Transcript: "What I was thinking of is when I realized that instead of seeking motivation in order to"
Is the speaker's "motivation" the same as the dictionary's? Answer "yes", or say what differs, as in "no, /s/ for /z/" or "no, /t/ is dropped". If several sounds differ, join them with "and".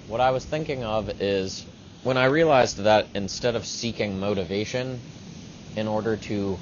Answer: yes